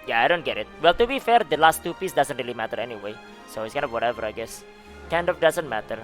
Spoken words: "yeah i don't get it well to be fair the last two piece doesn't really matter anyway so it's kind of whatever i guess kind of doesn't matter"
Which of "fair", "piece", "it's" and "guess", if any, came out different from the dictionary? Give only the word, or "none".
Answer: none